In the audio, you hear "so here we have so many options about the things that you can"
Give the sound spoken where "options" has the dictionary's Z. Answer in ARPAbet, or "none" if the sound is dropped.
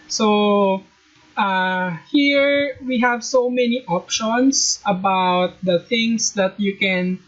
S